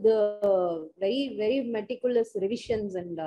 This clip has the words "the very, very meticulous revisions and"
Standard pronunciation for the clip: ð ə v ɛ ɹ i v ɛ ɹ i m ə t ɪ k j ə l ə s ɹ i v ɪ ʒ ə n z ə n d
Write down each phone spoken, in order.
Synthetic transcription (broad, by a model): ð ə v ɛ ɹ i v ɛ ɹ i m ə t ɪ k j ə l ə s ɹ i v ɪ ʃ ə n s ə n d